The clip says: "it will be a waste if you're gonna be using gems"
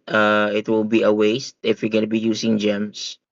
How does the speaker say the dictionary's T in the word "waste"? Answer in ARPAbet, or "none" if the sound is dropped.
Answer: T